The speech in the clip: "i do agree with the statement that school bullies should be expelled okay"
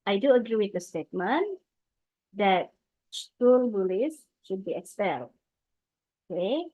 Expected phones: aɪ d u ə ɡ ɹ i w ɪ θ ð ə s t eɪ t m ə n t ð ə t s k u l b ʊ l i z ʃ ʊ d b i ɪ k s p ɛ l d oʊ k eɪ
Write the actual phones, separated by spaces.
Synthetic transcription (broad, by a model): aɪ d u ə ɡ ɹ i w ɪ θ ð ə s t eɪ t m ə n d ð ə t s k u l b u l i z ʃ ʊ d b i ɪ k s ɛ l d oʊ k eɪ